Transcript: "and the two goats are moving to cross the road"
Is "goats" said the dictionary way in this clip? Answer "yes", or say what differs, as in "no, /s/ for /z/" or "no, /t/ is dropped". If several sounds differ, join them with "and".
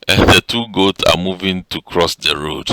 yes